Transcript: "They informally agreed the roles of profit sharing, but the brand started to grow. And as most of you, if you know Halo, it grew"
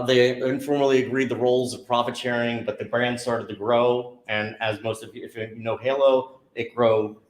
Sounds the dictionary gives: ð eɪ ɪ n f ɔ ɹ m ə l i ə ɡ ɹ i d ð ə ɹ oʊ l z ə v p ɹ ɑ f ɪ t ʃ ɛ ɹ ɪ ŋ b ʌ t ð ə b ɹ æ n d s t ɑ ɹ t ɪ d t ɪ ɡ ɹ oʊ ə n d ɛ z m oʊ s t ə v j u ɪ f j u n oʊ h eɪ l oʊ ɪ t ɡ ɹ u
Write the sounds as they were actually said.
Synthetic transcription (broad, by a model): ð eɪ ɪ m f ɔ ɹ m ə l i ə ɡ ɹ i d ð ə ɹ oʊ l z ə v p ɹ ɑ f ɪ t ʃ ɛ ɹ ɪ ŋ b ʌ t ð ə b ɹ æ n d s t ɑ ɹ t ɪ d t ɪ ɡ ɹ oʊ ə n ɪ z m oʊ s t ə v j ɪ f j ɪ n oʊ h eɪ l oʊ ɪ t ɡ ɹ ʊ